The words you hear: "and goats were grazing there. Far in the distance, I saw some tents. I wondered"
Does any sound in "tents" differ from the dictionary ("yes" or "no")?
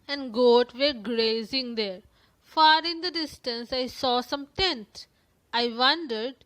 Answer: yes